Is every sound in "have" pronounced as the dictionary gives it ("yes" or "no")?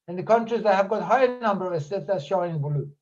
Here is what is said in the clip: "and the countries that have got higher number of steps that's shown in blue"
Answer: yes